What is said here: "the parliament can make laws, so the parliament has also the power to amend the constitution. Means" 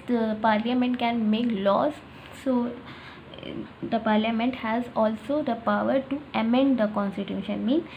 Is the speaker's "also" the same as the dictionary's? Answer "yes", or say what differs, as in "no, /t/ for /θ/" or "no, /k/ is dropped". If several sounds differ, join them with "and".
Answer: yes